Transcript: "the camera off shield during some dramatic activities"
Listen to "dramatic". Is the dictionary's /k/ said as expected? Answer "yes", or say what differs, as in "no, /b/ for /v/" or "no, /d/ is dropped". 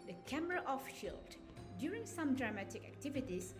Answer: yes